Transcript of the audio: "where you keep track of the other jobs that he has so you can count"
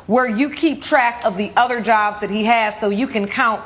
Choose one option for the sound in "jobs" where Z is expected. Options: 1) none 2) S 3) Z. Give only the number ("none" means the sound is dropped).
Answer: 3